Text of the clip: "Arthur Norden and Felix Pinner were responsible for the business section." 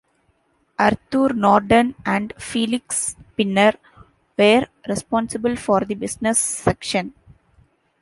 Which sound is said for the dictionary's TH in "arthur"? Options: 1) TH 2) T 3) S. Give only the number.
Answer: 2